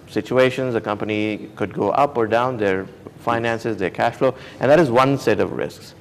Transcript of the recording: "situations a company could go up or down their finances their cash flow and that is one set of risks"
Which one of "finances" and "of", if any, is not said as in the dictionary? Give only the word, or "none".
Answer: none